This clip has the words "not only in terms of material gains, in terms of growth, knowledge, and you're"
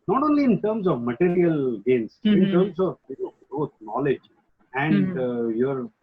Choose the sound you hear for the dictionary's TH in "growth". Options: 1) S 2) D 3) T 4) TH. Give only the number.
3